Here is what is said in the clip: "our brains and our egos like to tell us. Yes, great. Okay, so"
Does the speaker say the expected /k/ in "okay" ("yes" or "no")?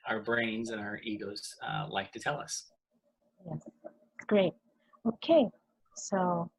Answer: yes